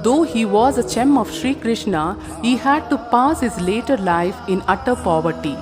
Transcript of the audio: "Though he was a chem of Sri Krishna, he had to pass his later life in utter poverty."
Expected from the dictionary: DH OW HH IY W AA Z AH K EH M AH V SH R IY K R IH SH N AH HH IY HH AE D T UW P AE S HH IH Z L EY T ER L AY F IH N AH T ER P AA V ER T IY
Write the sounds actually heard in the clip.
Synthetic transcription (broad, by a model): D OW HH IY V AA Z AH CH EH M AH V SH R IY K R IH SH N AH HH IY HH AE D T UW P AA S HH IH Z L EY T ER L AY F IH N AH T ER P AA V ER T IY